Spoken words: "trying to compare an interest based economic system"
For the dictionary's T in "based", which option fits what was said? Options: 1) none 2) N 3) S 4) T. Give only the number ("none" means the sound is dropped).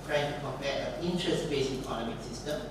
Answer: 1